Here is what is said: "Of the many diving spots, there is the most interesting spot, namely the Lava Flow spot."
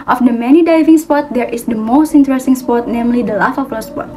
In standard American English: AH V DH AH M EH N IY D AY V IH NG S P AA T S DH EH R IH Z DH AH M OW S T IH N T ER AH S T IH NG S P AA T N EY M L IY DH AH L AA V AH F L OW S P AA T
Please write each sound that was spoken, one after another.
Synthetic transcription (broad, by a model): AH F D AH M EH N IY D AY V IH NG S P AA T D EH R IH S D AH M OW S T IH N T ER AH S T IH NG S P AA T N EY M L IY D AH L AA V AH P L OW S P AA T